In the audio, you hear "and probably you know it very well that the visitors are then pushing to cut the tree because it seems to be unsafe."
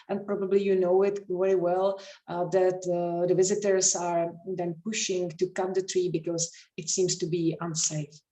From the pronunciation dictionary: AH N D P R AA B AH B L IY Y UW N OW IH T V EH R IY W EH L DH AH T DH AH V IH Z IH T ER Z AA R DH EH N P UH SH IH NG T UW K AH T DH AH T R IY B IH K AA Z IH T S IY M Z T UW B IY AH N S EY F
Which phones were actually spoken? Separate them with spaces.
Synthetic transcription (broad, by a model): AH N P R AA B AH B L IY Y UW N OW IH T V EH R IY W EH L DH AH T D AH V IH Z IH T ER S AA R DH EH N P UH SH IH NG T UW K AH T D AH T R IY B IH K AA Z IH T S IY M S T UW B IY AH N S EY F